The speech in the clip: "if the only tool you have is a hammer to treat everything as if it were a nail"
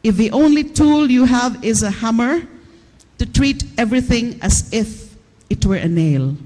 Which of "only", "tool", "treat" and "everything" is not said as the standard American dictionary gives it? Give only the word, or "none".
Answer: none